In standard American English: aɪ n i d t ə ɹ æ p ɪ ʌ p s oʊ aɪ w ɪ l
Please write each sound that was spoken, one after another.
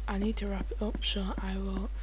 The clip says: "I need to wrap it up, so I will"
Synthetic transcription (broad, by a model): aɪ n i d t ə ɹ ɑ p ɪ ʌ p ʃ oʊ aɪ w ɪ l